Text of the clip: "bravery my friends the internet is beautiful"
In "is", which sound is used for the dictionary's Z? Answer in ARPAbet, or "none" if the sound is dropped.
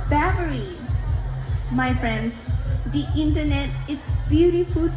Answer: S